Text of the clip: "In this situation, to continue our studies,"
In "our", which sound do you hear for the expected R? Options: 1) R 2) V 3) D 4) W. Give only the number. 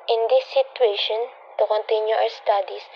4